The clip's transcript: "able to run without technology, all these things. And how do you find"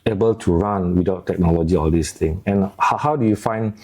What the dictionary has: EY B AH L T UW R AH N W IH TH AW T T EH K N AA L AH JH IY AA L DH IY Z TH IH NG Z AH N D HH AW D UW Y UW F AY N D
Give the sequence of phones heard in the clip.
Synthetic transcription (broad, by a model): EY B AH L T UW R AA N W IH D AW T T EH K N AA L AH JH IY AA L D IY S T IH NG AH N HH HH AW D UW Y UW F AY N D